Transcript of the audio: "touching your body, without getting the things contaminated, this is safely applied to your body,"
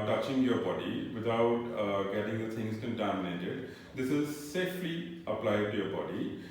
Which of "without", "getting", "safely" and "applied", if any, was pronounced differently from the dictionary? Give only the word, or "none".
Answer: without